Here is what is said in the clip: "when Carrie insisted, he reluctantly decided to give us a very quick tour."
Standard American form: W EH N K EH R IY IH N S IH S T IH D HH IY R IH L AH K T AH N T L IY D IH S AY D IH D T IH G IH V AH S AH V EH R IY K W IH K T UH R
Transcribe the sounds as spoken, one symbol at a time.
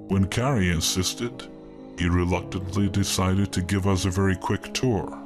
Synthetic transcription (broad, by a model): W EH N K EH R IY IH N S IH S T IH D HH IY R IH L AH K T AH N T L IY D IH S AY D IH D T IH G IH V AH S AH V EH R IY K W IH K T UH R